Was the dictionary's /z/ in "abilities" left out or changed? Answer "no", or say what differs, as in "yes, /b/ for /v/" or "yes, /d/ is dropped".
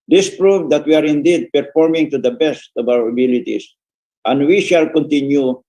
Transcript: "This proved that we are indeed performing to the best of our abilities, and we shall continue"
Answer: yes, /s/ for /z/